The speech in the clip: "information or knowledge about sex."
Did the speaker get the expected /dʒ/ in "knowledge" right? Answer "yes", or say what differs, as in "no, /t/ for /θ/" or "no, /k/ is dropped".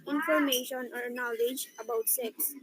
yes